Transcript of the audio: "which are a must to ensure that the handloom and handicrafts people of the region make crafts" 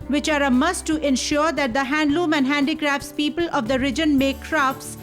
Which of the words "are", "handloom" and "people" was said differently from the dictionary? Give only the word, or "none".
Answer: none